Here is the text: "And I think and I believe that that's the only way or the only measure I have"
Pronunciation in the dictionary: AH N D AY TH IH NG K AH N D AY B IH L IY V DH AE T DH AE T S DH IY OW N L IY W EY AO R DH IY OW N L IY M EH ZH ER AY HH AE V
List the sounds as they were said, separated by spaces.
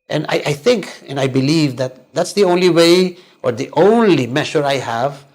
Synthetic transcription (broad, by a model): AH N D AY TH IH NG K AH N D AY B IH L IY V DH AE T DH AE T S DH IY OW N L IY W EY AO R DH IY OW N L IY M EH SH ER AY HH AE V